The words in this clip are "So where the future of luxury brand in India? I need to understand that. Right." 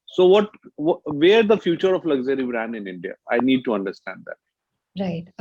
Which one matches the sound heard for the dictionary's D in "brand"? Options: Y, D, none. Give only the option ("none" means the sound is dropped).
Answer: none